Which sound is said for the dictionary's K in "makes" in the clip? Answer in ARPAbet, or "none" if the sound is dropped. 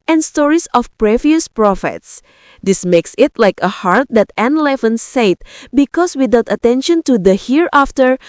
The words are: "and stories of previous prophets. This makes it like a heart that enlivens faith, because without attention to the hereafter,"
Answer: K